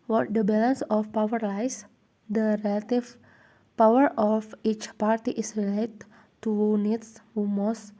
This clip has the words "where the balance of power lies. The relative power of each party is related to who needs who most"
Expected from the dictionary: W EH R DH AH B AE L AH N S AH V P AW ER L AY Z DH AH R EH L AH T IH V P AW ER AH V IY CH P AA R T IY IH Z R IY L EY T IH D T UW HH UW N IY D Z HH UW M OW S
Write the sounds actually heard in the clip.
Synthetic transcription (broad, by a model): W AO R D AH B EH L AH N S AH F P AW ER L AY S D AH R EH L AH T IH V P AW ER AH F IY CH P AA R T IY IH S R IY L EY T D T UW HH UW N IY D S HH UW M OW S